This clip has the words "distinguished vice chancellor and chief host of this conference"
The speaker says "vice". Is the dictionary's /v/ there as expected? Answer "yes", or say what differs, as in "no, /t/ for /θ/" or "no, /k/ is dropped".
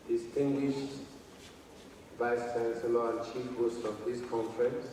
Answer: no, /b/ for /v/